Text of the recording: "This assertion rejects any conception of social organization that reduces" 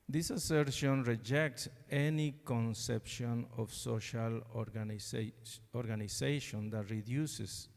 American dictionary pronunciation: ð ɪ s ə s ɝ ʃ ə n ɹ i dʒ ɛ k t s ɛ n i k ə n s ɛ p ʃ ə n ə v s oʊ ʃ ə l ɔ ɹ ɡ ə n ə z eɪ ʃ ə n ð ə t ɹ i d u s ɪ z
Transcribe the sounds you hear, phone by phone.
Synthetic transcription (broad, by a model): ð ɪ s ə s ɝ ʃ ə n ɹ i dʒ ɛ k t s ɛ n i k ə n s ɛ p ʃ ə n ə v s oʊ ʃ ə l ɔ ɹ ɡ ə n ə s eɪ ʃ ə n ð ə t ɹ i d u s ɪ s